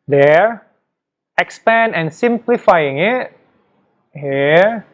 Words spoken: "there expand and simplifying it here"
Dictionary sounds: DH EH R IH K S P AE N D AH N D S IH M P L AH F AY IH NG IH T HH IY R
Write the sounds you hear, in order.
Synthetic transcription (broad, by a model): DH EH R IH K S P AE N AH N S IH M P L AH F AY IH NG IH T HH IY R